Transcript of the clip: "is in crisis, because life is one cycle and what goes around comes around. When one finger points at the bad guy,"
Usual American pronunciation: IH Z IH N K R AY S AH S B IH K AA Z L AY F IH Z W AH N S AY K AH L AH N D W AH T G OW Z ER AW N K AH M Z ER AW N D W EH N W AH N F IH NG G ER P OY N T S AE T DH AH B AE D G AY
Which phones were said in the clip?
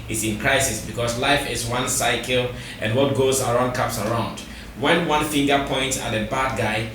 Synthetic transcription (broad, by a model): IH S IH N K R AY S AH S B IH K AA S L AY F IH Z W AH N S AY K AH L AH N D W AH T G OW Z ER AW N K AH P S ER AW N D W EH N W AH N F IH NG G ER P OY N T S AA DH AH B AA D G AY